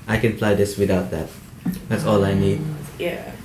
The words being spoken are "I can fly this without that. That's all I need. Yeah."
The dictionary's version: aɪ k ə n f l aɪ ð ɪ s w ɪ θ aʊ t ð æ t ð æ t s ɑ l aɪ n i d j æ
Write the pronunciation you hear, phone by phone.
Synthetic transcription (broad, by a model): aɪ k ə n p l aɪ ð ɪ s w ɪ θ aʊ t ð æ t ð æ t s ɑ l aɪ n i d j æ